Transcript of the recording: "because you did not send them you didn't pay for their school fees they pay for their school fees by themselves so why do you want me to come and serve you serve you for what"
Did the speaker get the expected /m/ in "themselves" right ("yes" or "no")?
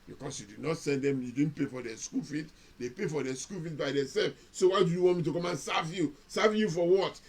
no